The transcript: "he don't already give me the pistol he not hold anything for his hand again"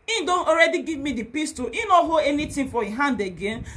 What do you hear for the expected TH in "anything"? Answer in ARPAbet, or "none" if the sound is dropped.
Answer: T